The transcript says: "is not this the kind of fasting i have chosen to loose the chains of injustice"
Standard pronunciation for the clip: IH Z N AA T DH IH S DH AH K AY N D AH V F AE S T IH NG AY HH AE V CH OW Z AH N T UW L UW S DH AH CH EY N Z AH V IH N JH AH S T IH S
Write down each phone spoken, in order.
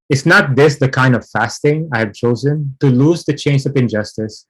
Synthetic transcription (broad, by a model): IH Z N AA T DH IH S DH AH K AY N D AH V F AE S T IH NG AY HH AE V CH OW Z AH N T UW L UW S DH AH CH EY N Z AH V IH N JH AH S T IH S